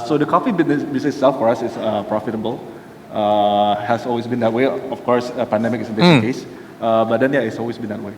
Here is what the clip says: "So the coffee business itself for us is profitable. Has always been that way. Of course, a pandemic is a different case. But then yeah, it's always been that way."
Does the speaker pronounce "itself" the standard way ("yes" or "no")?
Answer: no